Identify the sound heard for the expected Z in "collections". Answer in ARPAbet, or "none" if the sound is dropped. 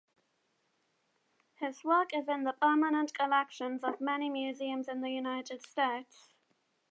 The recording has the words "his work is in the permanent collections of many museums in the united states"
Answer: Z